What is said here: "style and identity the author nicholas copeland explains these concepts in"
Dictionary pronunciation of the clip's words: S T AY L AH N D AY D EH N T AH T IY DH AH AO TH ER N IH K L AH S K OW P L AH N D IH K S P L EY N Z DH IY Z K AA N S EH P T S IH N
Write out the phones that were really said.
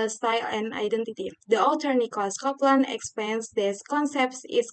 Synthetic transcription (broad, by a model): S T AY L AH N AY D EH N T AH T IY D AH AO T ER N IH K AH S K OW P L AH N IH K S P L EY N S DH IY S K AA N S EH P T S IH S